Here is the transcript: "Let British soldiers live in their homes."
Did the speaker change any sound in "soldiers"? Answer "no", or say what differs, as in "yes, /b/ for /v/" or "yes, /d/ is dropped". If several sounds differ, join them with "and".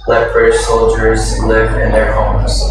no